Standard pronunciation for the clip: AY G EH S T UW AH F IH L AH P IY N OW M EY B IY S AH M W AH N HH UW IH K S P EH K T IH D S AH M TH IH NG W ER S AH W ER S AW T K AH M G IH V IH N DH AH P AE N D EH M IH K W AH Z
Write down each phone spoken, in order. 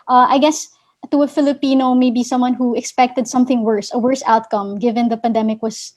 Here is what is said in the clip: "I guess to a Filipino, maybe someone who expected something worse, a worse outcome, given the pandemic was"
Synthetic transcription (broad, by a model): AY G EH S T UW AH F IH L AH P IY N OW M EY B IY S AH M W AH N HH UW IH K S P EH K T IH D S AH M TH IH NG W ER S AH W ER S AW T K AH M G IH V IH N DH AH P AE N D EH M IH K W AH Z